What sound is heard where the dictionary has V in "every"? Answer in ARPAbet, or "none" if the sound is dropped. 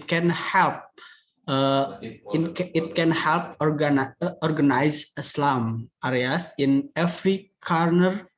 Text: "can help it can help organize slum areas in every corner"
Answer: F